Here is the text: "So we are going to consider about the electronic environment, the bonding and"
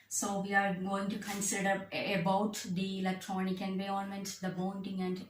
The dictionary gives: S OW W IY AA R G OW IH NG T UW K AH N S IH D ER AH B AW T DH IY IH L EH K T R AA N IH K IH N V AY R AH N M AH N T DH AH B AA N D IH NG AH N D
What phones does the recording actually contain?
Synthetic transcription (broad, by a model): S OW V IY AA R G OW IH NG T UW K AH N S IH D ER AH B AW T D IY IH L EH K T R AA N IH K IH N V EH AH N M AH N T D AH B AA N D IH NG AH N D